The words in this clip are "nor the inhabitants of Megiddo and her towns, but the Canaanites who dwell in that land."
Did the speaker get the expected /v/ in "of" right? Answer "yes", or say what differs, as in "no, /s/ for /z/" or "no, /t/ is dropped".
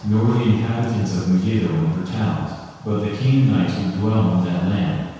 yes